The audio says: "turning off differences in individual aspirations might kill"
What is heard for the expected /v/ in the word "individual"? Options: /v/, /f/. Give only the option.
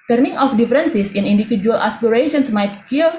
/f/